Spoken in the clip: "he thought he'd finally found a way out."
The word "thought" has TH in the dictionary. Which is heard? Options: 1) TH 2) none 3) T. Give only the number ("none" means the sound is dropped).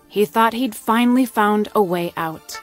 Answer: 1